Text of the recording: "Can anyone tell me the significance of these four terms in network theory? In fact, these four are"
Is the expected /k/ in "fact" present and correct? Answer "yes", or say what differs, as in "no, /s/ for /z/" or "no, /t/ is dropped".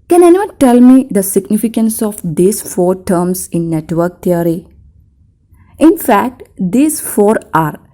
yes